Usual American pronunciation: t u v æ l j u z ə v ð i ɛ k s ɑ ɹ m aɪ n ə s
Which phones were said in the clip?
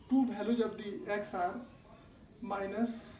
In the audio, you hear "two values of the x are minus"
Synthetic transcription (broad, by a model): t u b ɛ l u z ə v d i ɛ k s ɑ ɹ m aɪ n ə s